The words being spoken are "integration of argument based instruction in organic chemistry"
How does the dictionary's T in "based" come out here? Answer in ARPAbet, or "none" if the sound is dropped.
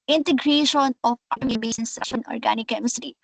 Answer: none